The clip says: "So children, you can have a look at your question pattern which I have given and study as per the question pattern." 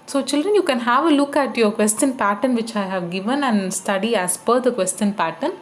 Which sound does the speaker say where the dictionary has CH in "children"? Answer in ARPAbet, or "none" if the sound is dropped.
CH